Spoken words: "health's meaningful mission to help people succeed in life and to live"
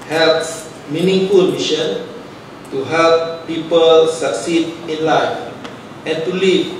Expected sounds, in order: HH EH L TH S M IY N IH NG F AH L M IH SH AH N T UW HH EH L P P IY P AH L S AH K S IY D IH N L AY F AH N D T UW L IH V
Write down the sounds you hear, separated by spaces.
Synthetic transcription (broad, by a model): HH EH L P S M IY N IH NG F AH L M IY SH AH N T UW HH EH L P P IY P AH L S AH K S IY D IH N L AY F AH N T UW L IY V